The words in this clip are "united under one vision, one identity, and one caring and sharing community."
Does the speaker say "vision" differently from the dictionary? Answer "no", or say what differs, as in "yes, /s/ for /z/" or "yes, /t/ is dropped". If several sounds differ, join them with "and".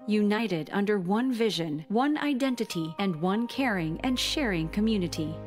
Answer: no